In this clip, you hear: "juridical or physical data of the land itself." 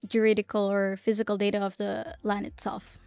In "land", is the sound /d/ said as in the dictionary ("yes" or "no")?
no